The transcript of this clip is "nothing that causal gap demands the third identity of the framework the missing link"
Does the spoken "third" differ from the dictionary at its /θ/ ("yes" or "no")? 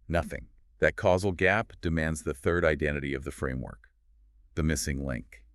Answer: no